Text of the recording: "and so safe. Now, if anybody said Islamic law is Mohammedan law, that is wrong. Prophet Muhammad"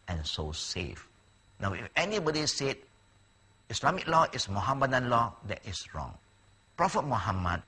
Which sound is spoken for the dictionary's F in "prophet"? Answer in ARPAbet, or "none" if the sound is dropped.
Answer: F